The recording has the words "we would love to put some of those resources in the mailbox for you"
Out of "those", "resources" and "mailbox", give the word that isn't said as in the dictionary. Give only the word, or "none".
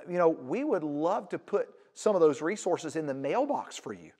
none